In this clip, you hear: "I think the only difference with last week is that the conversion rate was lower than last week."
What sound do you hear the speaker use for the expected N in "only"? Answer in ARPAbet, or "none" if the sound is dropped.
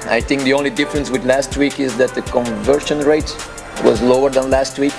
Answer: N